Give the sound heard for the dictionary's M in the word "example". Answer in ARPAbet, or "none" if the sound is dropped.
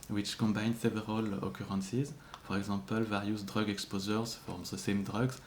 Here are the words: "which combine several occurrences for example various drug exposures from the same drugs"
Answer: none